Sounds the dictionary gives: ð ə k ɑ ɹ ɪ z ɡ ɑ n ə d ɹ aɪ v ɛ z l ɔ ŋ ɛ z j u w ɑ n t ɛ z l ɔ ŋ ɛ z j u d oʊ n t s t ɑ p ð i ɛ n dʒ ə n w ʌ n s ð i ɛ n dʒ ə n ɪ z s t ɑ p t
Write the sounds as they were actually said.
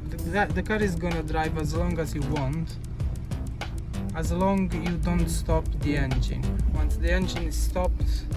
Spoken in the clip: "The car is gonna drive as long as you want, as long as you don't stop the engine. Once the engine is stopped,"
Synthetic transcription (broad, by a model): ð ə k ɑ ɹ ɪ z ɡ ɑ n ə d ɹ aɪ v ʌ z l ɔ ŋ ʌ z j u w ɑ n t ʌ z l ɔ ŋ j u d oʊ n t s t ɑ p ð i ɛ n dʒ ə n w ʌ n s ð i ɛ n dʒ ə n ɪ z s t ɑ p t